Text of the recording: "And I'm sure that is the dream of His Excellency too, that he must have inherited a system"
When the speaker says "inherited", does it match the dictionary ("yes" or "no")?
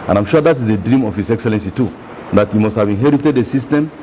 yes